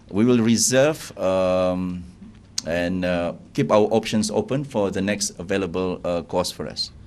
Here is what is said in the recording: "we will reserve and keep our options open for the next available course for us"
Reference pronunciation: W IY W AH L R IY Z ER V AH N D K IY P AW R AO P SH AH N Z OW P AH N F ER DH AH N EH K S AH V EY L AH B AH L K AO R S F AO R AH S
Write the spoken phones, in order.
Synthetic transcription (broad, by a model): W IY W AH L R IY Z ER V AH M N K IY P AW W AO P SH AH N S OW P AH N F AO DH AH N EH K S AH V EY L AH B AH L K AO S F AO R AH S